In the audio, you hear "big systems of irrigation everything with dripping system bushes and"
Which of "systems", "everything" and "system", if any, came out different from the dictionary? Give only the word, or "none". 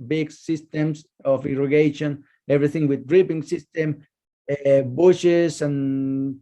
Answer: systems